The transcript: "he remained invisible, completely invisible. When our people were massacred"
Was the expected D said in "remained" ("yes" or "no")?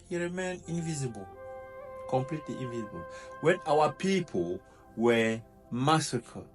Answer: no